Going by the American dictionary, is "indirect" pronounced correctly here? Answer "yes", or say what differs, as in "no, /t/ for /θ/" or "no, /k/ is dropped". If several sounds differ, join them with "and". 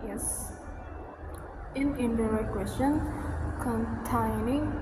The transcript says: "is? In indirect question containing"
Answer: no, /k/ is dropped